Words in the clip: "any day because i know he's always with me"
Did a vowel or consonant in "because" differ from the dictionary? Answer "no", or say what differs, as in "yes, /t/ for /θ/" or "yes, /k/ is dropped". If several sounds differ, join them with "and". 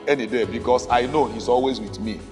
yes, /s/ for /z/